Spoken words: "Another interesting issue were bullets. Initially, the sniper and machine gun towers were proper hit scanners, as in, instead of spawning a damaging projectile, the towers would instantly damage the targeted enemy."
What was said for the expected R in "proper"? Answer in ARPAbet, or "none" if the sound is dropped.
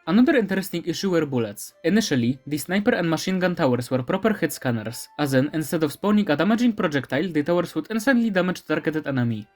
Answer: R